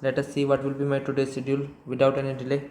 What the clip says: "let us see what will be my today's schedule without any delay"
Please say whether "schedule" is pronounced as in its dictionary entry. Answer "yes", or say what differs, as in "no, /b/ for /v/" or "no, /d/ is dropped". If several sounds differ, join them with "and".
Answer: no, /k/ is dropped